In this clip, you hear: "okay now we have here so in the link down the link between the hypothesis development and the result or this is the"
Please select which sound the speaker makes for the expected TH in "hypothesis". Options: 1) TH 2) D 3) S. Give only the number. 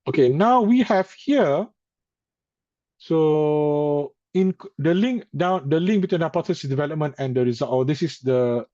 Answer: 3